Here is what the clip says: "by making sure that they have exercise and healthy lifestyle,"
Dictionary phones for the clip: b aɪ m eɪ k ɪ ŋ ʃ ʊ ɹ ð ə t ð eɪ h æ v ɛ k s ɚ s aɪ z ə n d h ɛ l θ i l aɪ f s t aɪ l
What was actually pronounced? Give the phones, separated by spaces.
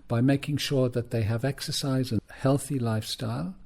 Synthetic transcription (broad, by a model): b aɪ m eɪ k ɪ ŋ ʃ ʊ ɹ ð ə t ð eɪ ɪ v ɛ k s ɚ s aɪ z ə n h ɛ l θ i l aɪ f s t aɪ l